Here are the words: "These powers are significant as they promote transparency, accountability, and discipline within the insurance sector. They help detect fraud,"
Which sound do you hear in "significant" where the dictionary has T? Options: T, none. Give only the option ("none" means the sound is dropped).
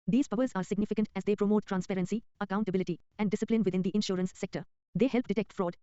T